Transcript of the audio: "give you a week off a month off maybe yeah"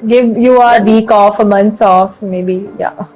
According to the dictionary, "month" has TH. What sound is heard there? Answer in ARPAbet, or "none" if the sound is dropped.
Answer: S